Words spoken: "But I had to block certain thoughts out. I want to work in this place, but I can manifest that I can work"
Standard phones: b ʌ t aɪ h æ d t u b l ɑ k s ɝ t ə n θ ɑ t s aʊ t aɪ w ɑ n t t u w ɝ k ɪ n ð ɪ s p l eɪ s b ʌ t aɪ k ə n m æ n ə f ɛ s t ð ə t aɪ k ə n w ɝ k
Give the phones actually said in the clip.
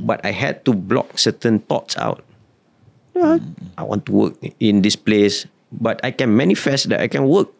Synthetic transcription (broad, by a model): b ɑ t aɪ h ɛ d t u b l ɑ k s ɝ t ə n t ɑ t s aʊ t aɪ w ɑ n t t u w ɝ k ɪ n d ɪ s p l eɪ s b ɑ t aɪ k ə n m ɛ n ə f ɛ s t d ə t aɪ k ə n w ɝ k